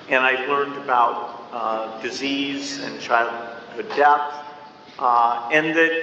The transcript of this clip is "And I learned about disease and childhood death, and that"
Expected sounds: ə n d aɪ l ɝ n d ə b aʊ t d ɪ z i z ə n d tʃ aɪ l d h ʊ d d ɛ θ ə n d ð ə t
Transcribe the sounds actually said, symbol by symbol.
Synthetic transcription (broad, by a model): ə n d aɪ l ɝ n d ə b aʊ t d ɪ z i z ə n tʃ aɪ l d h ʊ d d ɛ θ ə n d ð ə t